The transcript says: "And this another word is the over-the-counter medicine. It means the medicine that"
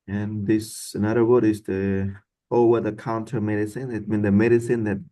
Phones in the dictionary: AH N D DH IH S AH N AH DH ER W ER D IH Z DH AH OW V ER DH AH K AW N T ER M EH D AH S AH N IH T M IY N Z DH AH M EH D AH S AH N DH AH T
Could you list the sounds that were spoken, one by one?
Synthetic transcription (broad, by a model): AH N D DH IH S AH N AH DH ER W ER D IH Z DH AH OW W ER DH AH K AW N T ER M EH D AH S AH N IH T M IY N DH AH M EH D AH S AH N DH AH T